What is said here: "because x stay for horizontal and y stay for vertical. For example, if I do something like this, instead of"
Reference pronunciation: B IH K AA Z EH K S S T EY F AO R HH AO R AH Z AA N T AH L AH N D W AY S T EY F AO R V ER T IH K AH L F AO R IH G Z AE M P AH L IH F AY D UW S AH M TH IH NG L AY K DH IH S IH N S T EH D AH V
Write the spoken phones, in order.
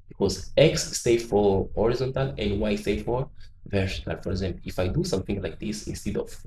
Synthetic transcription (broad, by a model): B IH K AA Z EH K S S T EY F AO R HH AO R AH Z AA N T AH L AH N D W AY S T EY F AO R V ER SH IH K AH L F AO R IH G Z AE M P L IH F AY D UW S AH M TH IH NG L AY K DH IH S IH N S T EH D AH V